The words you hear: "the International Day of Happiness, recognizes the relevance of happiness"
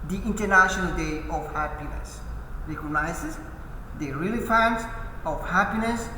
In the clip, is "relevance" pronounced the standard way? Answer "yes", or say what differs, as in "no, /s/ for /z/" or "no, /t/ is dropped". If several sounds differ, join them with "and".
no, /f/ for /v/